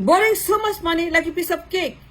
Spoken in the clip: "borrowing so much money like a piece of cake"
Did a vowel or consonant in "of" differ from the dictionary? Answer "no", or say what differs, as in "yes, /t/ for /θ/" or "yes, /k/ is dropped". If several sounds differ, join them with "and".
yes, /b/ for /v/